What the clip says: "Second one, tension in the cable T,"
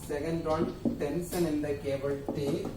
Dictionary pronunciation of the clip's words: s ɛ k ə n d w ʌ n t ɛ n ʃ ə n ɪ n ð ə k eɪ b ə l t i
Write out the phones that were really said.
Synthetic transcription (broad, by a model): s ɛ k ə n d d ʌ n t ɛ n s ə n ɪ n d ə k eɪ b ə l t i